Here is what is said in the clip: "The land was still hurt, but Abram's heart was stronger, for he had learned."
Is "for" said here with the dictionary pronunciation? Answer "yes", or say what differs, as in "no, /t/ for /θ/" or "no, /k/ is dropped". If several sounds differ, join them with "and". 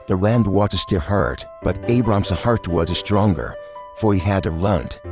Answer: yes